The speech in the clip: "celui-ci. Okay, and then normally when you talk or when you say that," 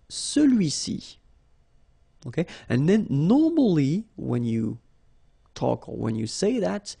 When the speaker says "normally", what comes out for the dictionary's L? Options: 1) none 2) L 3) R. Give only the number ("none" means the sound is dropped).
2